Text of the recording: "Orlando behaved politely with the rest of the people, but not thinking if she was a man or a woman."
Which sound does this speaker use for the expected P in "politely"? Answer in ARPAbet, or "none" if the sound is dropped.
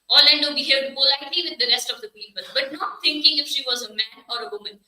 B